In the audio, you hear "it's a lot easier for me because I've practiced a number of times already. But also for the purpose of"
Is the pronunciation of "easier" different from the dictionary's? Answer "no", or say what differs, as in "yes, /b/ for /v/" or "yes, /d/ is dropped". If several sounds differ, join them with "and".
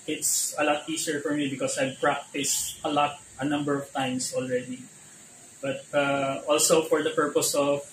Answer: yes, /s/ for /z/